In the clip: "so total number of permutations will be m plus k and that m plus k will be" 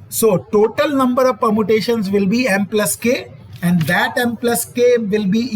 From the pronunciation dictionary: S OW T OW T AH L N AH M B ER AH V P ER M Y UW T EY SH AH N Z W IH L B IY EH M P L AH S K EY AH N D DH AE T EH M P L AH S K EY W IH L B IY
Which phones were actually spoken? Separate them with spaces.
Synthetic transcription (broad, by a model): S OW T OW T AH L N AH M B ER AH V P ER M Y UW T EY SH AH N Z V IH L B IY EH M P L AH S K EY AH N D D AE T EH M P L AH S K EY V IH L B IY